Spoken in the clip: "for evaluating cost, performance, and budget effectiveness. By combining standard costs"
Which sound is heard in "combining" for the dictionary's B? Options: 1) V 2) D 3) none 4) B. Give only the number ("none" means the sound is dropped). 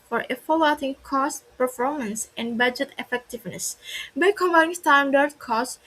3